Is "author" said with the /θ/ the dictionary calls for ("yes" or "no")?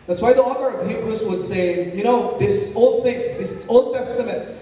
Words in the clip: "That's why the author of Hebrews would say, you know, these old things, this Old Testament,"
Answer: yes